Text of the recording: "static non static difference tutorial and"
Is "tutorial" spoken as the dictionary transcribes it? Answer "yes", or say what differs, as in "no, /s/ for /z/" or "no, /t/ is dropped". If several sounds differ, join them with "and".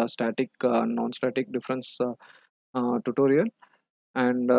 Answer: no, /n/ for /l/